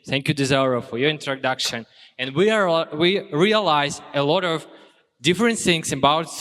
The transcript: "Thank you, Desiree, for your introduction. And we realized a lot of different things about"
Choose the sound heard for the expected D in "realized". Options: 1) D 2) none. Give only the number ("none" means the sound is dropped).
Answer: 2